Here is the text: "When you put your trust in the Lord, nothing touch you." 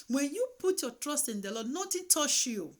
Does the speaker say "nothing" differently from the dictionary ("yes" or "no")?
yes